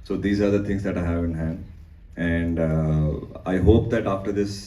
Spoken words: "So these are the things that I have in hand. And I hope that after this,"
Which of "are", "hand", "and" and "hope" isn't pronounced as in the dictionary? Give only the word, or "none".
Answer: hand